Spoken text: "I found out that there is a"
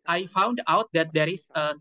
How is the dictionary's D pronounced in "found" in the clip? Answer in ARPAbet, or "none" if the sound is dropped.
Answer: D